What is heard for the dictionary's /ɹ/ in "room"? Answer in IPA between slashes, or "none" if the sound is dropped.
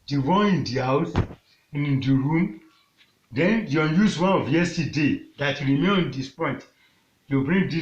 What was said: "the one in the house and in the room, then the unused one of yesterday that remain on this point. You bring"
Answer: /ɹ/